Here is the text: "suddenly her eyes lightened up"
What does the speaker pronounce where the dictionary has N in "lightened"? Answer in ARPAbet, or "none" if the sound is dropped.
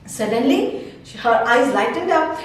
none